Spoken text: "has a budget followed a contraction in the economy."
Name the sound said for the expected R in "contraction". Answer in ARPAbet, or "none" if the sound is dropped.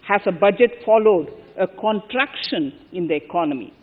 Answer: R